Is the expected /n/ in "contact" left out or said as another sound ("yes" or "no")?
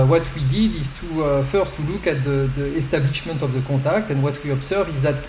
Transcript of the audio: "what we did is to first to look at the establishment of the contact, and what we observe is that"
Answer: yes